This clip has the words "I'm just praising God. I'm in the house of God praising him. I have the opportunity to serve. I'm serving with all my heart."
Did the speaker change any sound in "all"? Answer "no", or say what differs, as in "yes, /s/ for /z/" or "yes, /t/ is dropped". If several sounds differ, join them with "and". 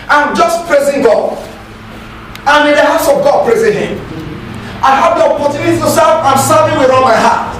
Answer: yes, /n/ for /l/